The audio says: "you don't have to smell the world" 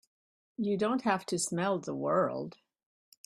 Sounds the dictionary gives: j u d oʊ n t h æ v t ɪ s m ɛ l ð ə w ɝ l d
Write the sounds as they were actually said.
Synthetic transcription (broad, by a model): j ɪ d oʊ n t h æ f t ɪ s m ɛ l ð ə w ɝ l d